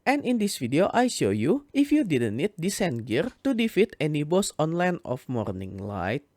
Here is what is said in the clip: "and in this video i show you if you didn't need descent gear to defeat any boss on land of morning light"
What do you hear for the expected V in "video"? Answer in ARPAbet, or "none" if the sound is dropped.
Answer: F